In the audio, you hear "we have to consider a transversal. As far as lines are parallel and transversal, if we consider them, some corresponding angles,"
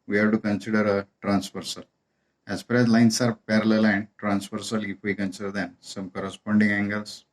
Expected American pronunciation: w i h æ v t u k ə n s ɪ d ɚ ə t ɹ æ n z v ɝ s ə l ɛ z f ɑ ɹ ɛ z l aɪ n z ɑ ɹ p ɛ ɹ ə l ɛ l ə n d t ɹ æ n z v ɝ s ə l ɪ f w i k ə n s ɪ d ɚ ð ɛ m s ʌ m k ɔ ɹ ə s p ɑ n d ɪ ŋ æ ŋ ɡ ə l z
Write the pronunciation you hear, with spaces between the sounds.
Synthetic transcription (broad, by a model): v i h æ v t u k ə n s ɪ d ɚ ə t ɹ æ n s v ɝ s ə l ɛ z f ɑ ɹ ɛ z l aɪ n s ɑ ɹ p ɛ ɹ ə l ɛ l ə n d t ɹ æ n s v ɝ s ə l ɪ f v i k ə n s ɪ d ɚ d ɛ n s ʌ m k ɔ ɹ ə s p ɑ n d ɪ ŋ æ ŋ ɡ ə l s